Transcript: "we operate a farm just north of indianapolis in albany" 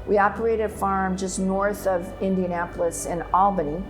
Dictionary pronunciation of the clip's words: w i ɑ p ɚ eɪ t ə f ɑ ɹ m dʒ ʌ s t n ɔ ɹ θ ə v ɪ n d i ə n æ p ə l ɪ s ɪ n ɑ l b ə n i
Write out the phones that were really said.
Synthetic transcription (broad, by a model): w i ɑ p ɚ eɪ t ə f ɑ ɹ m dʒ ʌ s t n ɔ ɹ θ ə v ɪ n d i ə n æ p l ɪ s ɪ n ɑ l b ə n i